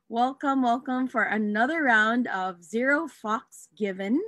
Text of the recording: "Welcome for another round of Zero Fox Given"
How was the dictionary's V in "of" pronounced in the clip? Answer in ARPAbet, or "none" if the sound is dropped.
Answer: V